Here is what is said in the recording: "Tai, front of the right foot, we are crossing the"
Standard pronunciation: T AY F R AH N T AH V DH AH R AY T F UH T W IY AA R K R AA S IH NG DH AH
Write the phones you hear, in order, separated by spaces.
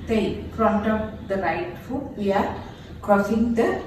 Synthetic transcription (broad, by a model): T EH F R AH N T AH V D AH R AY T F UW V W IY AA R K AA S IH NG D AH